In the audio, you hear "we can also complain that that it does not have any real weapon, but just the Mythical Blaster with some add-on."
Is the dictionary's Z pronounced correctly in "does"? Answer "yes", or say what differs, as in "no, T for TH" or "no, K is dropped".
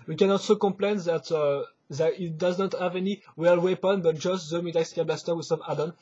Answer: yes